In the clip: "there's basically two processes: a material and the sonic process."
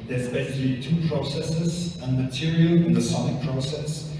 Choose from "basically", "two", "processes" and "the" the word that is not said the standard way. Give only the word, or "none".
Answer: basically